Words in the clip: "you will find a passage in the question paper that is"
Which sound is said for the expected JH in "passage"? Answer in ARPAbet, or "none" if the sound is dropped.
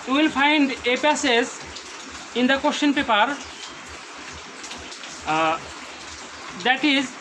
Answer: Z